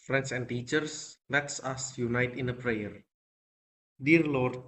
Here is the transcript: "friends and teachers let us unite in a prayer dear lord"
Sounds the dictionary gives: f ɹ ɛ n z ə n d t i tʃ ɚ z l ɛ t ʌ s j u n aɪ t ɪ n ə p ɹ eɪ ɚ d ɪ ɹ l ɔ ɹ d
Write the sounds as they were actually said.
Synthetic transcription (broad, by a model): f ɹ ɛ n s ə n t i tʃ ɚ s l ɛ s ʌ s j u n aɪ t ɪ n ə p ɹ eɪ ɚ d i ɹ l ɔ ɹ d